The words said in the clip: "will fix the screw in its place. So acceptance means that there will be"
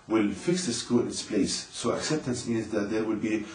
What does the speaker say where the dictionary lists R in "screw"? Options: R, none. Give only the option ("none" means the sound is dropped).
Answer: none